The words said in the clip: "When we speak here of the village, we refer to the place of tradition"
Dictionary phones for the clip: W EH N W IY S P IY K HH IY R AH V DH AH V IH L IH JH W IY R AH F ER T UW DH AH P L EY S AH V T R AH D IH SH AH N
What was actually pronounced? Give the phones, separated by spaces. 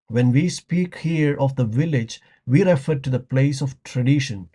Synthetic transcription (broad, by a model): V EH N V IY S P IY K HH IY R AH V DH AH V IH L IH JH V IY R AH F ER T UW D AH P L EY S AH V T R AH D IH SH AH N